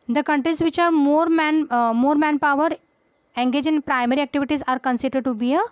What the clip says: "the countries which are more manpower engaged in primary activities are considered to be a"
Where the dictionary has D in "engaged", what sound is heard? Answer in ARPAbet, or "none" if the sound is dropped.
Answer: none